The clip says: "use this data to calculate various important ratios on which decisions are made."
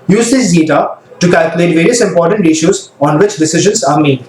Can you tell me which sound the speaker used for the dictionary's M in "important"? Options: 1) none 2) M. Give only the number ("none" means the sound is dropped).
2